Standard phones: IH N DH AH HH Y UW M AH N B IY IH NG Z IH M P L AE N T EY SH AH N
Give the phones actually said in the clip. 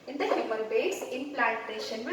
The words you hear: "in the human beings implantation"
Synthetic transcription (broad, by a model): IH N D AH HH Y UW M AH L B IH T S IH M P L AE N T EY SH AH N